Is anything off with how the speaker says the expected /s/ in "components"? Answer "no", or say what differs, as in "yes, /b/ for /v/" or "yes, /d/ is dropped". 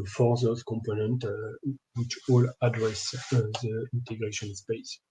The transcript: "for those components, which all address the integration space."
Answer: yes, /s/ is dropped